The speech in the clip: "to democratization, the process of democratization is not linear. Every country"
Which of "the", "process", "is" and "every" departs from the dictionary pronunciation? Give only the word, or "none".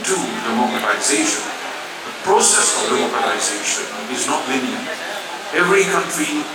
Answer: none